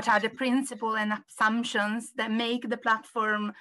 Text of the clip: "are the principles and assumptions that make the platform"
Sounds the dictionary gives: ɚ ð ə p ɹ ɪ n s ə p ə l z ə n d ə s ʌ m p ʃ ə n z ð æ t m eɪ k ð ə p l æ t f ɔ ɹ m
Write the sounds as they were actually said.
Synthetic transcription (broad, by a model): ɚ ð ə p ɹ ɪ n s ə p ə l ə n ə s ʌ m p ʃ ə n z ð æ t m eɪ k ð ə p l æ t f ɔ ɹ m